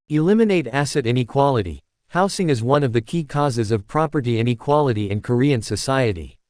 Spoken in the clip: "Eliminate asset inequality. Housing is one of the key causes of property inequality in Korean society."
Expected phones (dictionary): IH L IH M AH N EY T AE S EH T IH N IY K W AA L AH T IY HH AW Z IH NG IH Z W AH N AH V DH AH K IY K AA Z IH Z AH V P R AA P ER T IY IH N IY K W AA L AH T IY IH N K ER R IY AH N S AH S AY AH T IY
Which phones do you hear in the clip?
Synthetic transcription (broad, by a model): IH L IH M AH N EY T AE S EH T IH N IY K W AA L AH T IY HH AW S IH NG IH Z W AH N AH V DH AH K IY K AA Z IH Z AH V P R AA P ER T IY IH N IY K W AA L AH T IY IH N K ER R IY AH N S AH S AY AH T IY